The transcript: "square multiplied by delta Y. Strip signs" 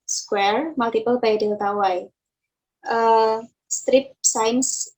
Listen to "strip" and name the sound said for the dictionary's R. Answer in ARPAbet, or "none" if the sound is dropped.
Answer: R